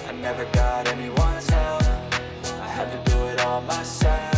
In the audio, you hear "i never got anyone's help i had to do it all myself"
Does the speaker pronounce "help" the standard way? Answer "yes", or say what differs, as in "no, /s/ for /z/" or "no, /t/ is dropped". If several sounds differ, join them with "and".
no, /f/ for /p/